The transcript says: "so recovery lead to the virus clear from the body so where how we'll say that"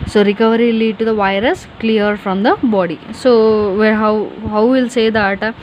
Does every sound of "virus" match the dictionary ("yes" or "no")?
yes